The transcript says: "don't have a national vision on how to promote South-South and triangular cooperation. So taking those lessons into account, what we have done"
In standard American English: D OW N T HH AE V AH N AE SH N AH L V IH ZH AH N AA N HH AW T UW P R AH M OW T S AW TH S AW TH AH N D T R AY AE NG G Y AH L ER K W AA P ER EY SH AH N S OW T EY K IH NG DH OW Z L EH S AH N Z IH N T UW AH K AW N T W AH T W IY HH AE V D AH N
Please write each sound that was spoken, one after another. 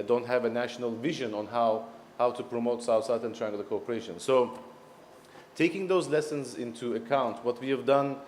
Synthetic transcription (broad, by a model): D OW N T HH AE V AH N AE SH N AH L V IH ZH AH N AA N HH AW T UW P R AH M OW T S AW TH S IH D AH N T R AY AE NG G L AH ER K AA P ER EY SH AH N S OW T EY K IH NG DH OW Z L EH S AH N Z IH N T UW AH K AW N T W AH T W IY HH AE V D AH N